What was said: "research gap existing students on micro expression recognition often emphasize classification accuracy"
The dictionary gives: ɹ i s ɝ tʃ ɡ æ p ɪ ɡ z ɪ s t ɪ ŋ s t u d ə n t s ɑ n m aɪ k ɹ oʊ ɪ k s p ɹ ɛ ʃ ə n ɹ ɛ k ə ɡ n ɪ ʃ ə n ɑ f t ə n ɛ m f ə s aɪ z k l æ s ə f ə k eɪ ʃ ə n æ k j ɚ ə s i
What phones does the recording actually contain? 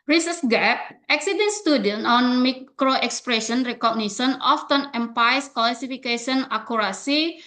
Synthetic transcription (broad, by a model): ɹ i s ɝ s ɡ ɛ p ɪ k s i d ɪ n s t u d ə n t ɑ n m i k ɹ oʊ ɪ k s p ɹ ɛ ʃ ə n ɹ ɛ k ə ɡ n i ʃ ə n ɑ f t ə n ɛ m p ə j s k l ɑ s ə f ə k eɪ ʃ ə n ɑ k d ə s i